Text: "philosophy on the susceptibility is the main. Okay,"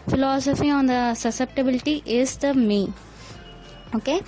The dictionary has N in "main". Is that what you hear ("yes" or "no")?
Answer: no